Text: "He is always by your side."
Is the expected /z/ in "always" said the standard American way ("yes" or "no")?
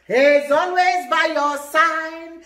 yes